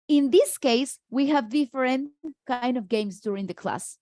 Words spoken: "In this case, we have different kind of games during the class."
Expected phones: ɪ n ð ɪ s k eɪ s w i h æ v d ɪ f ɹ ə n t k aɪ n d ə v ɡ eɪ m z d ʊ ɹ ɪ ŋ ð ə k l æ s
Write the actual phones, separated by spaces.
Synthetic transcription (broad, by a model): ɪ n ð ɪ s k eɪ s w i h æ v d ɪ f ɹ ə n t k aɪ n d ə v ɡ eɪ m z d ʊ ɹ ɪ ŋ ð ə k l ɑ s